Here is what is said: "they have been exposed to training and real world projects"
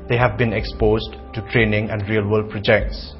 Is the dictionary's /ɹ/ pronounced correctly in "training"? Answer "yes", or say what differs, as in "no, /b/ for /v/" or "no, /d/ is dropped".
yes